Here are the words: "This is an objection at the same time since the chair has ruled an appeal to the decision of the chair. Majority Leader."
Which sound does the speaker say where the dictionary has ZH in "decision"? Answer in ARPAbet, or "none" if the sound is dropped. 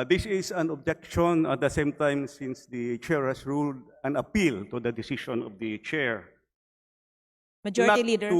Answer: SH